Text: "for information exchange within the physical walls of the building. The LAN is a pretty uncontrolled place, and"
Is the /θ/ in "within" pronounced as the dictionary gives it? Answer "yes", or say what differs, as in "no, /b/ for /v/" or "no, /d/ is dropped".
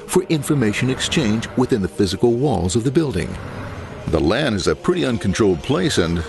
yes